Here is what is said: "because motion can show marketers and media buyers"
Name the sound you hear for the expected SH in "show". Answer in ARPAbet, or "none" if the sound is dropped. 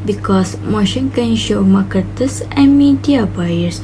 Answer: SH